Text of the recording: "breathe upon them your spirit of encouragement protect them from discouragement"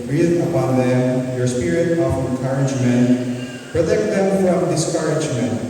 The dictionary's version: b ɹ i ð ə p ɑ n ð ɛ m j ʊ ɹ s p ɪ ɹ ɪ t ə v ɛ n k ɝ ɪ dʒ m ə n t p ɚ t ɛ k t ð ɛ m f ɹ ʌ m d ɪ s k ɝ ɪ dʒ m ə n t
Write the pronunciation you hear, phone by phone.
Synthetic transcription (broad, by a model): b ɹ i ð ə p ɑ n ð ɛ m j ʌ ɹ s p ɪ ɹ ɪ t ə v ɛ k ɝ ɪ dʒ m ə n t b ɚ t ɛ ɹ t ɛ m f ɹ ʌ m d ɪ s k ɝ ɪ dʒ m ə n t